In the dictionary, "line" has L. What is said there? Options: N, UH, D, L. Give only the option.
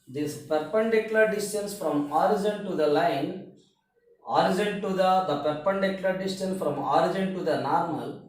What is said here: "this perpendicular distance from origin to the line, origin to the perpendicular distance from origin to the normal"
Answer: L